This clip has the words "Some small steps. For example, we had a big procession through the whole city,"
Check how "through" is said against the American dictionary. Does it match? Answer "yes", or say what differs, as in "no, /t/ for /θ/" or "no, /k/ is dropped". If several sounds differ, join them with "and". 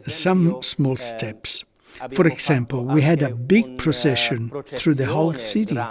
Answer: yes